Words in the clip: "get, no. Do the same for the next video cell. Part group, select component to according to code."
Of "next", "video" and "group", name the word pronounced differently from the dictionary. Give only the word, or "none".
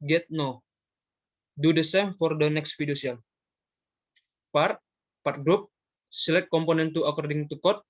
video